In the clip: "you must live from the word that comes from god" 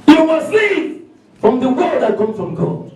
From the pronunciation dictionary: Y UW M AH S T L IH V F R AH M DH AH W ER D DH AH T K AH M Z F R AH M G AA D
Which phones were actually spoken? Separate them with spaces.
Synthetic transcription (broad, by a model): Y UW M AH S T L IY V F R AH M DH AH W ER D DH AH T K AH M F R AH M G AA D